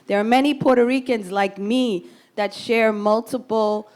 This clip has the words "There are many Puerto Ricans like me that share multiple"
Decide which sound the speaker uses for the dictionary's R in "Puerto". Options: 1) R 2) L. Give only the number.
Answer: 1